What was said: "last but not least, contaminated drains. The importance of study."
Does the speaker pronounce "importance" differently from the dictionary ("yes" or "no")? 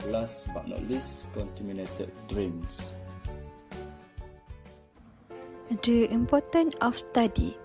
yes